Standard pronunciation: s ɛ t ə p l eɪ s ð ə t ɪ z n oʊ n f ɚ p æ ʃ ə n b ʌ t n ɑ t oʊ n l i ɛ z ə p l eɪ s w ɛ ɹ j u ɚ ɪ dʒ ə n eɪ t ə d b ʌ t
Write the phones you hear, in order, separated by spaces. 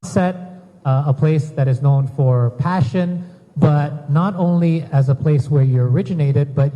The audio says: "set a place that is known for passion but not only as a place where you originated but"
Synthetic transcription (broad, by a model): s ɛ t ə p l eɪ s ð ə t ɪ z n oʊ n f ɚ p æ ʃ ə n b ʌ t n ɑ t oʊ n l i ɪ z ə p l eɪ s w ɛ ɹ j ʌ ɚ ɪ dʒ ə n eɪ t ə d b ʌ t